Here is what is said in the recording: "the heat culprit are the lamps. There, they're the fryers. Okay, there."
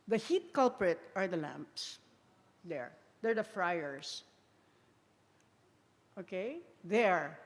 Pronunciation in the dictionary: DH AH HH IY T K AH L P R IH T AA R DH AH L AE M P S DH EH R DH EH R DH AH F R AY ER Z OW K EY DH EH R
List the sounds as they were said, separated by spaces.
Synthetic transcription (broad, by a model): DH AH HH IY T K AH L P R IH T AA R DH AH L AE M P S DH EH R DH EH R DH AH F R AY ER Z OW K EY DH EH R